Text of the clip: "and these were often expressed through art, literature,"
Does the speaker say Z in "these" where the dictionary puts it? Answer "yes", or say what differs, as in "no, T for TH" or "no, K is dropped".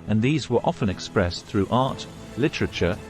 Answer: yes